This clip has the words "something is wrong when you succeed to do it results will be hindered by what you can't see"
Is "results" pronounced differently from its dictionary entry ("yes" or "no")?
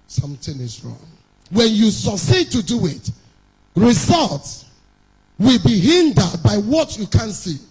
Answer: no